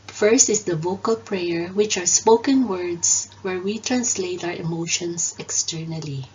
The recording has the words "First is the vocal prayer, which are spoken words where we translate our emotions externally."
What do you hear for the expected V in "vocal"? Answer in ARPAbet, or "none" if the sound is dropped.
V